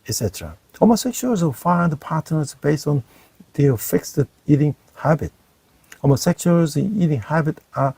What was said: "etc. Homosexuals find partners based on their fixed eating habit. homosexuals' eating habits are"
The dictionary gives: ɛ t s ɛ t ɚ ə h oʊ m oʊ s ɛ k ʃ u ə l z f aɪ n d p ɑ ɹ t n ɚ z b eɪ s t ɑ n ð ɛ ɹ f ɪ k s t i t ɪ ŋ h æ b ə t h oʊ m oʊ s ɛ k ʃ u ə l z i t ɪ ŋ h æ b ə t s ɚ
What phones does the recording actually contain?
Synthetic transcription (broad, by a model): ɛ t s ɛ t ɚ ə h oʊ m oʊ s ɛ k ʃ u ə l f aɪ n d p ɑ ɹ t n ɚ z b eɪ s t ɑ n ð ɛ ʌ f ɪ k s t i t ɪ ŋ h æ b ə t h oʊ m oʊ s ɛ k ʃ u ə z i t ɪ ŋ h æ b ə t ɚ